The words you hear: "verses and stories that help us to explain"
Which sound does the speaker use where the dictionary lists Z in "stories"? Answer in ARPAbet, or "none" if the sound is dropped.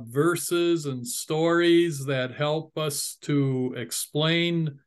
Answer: Z